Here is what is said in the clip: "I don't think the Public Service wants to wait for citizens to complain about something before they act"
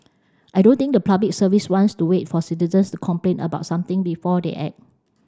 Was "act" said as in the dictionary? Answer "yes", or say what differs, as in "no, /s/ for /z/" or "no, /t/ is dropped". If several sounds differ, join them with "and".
no, /k/ is dropped